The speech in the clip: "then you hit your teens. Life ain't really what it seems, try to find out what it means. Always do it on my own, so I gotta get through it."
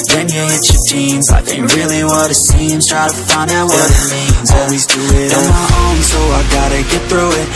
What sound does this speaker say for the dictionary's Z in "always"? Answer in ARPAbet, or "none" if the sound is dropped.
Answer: Z